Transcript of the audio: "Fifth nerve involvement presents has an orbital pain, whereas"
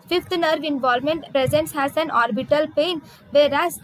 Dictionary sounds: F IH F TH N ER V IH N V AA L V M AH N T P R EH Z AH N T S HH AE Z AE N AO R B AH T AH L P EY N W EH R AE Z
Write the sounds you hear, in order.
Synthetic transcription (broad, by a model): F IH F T N ER V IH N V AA L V M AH N T P R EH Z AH N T S HH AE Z AE N AO R B AH T AH L P EY N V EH R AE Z